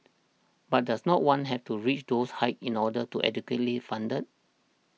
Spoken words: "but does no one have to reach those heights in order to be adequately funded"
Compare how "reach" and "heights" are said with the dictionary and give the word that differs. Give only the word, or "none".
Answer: heights